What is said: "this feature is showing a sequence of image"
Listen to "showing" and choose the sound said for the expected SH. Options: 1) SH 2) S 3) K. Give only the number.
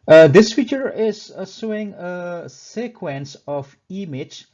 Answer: 2